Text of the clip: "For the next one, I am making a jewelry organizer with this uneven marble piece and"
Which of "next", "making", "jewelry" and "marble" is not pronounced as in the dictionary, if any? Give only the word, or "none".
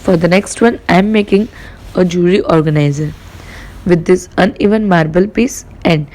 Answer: jewelry